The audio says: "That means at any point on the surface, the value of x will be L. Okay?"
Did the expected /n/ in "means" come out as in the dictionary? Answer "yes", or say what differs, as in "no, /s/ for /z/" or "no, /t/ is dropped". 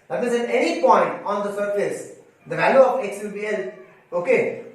no, /n/ is dropped